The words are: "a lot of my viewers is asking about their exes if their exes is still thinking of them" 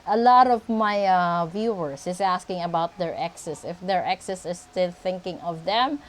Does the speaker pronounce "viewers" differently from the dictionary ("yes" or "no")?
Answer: yes